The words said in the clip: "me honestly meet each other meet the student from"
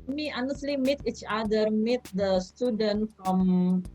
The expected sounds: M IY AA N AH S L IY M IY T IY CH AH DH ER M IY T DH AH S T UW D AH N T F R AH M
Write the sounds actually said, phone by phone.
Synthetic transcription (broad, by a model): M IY AA N AH S L IY M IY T IY CH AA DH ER M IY T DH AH S T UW D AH N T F R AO M